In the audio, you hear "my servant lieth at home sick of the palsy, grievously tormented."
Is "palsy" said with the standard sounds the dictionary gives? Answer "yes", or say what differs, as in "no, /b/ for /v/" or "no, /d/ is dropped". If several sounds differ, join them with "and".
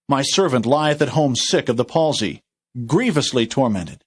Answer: yes